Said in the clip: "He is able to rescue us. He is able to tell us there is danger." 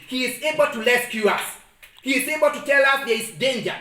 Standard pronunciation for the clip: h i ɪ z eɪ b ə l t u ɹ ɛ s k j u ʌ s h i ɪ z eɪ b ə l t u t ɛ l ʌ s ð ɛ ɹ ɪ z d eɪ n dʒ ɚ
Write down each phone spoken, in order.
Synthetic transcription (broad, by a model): h i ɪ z eɪ b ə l t u l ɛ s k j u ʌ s h i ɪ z eɪ b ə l t u t ɛ l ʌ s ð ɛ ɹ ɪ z d eɪ n dʒ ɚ